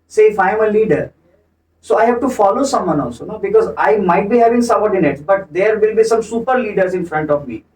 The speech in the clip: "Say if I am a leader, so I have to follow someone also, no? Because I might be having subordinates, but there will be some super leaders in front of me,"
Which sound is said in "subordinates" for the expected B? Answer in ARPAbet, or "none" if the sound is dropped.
none